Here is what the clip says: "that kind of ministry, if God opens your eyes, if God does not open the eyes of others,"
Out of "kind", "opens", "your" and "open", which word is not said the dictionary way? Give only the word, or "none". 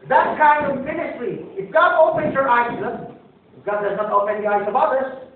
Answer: opens